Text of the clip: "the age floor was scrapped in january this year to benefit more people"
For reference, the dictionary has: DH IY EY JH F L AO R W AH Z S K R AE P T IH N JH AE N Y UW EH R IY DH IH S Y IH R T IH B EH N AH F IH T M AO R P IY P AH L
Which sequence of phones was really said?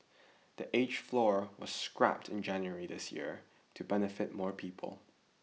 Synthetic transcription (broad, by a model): DH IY EY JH F L AO R W AH Z S K R AE P T IH N JH AE N Y UW EH R IY DH IH S Y IH R T IH B EH N AH F IH T M AO R P IY P AH L